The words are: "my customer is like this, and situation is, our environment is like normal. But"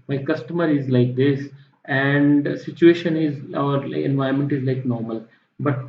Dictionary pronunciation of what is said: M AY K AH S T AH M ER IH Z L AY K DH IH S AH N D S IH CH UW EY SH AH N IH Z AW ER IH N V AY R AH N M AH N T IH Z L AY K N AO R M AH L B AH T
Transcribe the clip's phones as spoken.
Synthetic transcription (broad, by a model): M AY K AH S T AH M ER IH Z L AY K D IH S AH N D S IH CH UW EY SH AH N IH Z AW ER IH N V AY AH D M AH N T IH Z L AY K N AO R M AH L B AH T